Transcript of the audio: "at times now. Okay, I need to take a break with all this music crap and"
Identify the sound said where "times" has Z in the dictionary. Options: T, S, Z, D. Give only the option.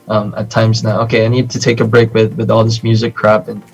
Z